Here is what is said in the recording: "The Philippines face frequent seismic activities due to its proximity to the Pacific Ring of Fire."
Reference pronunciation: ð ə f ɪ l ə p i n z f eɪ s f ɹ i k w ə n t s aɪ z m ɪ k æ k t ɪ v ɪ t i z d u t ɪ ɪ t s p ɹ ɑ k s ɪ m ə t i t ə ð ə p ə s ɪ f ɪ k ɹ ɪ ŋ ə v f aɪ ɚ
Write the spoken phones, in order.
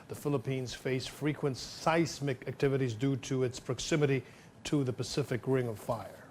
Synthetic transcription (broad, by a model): ð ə f ɪ l ə p i n z f eɪ s f ɹ i k w ə n t s aɪ s m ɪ k æ k t ɪ v ɪ t i z d u t ɪ ɪ t s p ɹ ɑ k s ɪ m ə t i t ə ð ə p ə s ɪ f ɪ k ɹ ɪ ŋ ə v f aɪ ɚ